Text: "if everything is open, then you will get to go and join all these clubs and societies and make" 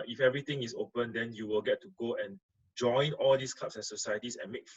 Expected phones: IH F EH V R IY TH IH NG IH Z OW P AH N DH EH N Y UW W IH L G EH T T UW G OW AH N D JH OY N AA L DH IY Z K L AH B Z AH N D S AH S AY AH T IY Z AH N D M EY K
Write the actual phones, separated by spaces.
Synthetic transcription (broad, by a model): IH F EH V R IY T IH NG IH S OW P AH N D EH N Y UW W IH L G EH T T UW G OW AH N JH OY N AA L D IY S K L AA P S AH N S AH S AY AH T IY S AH N M EY K